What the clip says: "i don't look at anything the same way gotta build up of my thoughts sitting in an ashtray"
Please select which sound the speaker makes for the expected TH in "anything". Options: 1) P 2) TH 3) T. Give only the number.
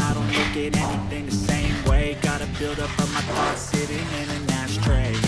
2